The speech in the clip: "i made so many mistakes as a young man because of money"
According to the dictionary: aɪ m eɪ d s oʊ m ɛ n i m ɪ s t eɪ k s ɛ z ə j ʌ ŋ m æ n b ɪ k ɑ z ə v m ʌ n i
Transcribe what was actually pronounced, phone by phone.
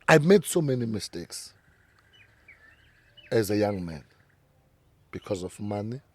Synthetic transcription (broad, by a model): aɪ m eɪ d s oʊ m ɛ n i m ɪ s t eɪ k s ɛ z ə j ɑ ŋ m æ n b ɪ k ɑ z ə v m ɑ n i